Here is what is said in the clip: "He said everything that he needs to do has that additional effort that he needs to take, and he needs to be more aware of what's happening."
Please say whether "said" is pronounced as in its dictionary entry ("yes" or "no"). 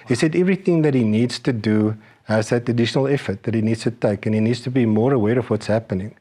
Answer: yes